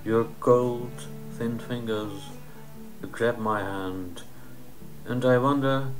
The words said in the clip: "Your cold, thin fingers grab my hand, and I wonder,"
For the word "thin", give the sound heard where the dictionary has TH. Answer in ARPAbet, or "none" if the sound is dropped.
TH